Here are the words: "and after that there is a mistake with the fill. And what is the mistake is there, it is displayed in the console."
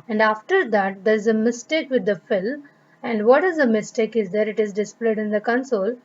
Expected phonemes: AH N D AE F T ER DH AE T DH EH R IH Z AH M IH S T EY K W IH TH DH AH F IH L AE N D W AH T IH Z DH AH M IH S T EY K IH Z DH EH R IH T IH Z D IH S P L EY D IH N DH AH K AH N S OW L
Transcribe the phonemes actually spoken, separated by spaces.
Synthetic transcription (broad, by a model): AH N D AE F T ER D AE T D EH R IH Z AH M IH S T EY K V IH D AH F IH L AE N D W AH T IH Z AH M IH S T EY K IH Z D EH R IH T IH Z D IH S P L EY D IH N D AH K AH N S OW L